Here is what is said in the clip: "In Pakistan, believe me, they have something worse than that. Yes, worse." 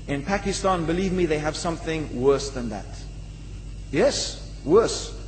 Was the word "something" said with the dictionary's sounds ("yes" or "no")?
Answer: yes